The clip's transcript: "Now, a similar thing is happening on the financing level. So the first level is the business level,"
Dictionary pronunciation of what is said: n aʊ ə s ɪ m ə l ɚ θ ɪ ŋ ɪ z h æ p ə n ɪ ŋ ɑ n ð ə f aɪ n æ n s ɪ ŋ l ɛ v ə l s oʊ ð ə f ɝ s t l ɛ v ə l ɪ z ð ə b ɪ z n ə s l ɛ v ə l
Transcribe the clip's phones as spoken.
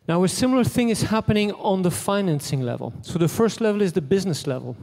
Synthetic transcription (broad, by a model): n aʊ ə s ɪ m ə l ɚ θ ɪ ŋ ɪ z h æ p ə n ɪ ŋ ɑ n ð ə f aɪ n æ n s ɪ ŋ l ɛ v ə l s oʊ ð ə f ɝ s t l ɛ v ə l ɪ z ð ə b ɪ z n ə s l ɛ v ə l